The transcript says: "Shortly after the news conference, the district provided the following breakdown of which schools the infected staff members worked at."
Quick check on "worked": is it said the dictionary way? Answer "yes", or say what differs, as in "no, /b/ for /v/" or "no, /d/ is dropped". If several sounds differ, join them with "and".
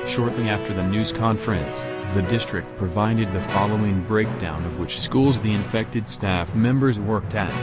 yes